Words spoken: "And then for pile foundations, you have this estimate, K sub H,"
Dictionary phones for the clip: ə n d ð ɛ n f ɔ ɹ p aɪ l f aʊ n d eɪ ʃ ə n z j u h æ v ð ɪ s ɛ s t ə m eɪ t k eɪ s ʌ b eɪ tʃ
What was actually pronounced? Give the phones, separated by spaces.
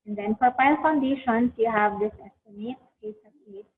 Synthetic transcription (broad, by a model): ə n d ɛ n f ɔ ɹ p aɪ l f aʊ n d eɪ ʃ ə n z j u h æ v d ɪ s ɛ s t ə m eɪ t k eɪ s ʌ eɪ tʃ